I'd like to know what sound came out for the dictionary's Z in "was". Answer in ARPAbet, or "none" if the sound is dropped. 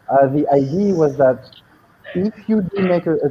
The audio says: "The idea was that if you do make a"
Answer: Z